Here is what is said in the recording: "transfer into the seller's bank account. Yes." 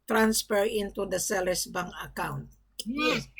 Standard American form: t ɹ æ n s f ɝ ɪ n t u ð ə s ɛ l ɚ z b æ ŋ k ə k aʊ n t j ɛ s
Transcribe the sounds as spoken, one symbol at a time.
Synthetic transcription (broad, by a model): t ɹ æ n s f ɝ ɪ n t u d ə s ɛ l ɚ s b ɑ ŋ ə k aʊ n t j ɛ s